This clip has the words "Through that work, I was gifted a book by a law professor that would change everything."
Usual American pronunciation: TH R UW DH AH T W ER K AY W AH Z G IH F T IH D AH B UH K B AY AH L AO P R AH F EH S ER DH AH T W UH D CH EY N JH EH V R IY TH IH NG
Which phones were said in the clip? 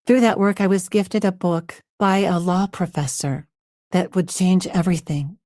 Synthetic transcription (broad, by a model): TH R UW DH AH T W ER K AY W AH Z G IH F T IH D AH B UH K B AY AH L AO P R AH F EH S ER DH AH T W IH D CH EY N JH EH V R IY TH IH NG